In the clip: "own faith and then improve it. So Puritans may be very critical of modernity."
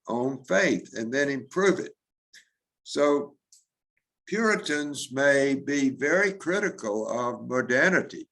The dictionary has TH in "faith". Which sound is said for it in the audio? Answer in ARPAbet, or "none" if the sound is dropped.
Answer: TH